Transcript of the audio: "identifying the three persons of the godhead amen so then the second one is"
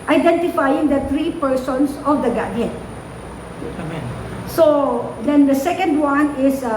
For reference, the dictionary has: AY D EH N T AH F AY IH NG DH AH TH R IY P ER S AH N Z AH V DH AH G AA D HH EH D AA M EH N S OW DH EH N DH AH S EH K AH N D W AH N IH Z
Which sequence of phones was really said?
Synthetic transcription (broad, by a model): AY D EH N T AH F AY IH NG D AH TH R IY P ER S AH N S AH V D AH G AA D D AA EH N S OW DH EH N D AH S EH K AH N D W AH N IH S